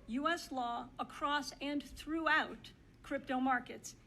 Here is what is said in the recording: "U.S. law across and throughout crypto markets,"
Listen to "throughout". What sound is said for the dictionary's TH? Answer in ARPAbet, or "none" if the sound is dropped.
TH